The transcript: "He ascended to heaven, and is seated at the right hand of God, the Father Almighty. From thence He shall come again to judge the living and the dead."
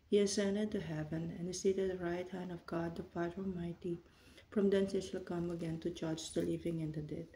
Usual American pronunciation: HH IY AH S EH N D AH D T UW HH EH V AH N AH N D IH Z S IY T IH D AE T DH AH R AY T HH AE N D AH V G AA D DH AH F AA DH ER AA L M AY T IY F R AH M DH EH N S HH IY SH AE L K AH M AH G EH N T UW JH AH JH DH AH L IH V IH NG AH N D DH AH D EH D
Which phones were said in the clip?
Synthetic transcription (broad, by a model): HH IY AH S EH N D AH D T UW HH EH V AH N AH N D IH S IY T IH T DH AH R AY T HH AE N D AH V G AA D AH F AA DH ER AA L M AY T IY F R AH M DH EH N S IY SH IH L K AH M AH G EH N T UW CH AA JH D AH L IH V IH NG AH N D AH D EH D